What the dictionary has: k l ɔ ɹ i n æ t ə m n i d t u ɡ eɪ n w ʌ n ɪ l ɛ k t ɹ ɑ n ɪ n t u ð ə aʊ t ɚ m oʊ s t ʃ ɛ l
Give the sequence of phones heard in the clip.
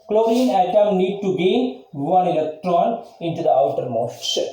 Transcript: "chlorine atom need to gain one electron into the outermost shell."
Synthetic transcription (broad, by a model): k l ɔ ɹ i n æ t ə m n i d t u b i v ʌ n ɪ l ɛ k t ɹ ɑ n ɪ n t u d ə aʊ t ɚ m oʊ s t